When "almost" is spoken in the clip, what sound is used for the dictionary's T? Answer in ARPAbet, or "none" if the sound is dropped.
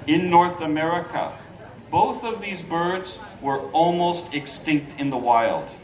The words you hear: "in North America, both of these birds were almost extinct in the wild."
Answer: T